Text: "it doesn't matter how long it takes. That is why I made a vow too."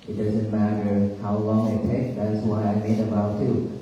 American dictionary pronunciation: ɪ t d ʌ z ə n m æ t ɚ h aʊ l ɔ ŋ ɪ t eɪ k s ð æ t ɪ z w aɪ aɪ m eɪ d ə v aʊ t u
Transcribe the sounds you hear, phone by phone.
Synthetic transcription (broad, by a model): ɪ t d ʌ z ə n m æ t ɚ h aʊ l ɔ ŋ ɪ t eɪ k ð æ t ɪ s w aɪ aɪ m eɪ d ə b aʊ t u